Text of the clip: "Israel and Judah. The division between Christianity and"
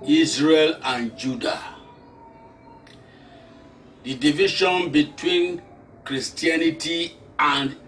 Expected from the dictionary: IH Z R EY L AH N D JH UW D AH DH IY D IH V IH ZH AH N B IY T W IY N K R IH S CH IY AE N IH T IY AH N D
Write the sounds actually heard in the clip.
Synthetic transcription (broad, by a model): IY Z R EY L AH N JH UW D AH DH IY D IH V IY SH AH N B IY T W IY N K R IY S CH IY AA N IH T IY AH N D